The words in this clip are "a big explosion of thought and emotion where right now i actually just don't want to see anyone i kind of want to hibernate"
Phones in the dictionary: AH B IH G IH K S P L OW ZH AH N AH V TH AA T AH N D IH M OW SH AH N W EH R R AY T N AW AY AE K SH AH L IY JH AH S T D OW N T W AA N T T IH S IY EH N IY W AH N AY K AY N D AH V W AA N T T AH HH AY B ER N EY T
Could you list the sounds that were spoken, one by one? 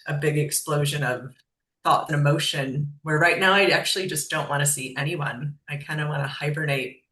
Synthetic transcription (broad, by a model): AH B IH G IH K S P L OW ZH AH N AH V TH AA T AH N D IH M OW SH AH N W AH R R AY T N AW AY AE K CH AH L IY JH AH S D OW N T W AA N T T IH S IY EH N IY W AH N AY K AY N D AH W AA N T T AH HH AY B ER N EY T